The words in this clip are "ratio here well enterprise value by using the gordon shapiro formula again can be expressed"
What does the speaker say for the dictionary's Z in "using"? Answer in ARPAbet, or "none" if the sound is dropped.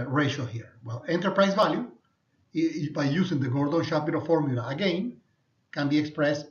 S